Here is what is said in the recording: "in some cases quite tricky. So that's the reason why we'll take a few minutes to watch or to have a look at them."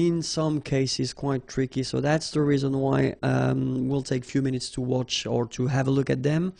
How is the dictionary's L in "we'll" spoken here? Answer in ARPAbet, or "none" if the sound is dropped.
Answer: L